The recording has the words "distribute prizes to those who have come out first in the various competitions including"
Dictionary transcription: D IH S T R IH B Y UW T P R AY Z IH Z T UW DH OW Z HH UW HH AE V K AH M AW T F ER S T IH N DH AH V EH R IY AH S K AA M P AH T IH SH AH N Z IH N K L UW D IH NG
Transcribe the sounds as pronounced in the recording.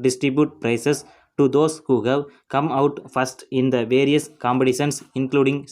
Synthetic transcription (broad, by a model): D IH S T R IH B Y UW T P R AY S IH S T UW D OW S HH UW HH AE V K AH M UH T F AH S T IH N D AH V EH R IY AH S K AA M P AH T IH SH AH N S IH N K L UW D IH NG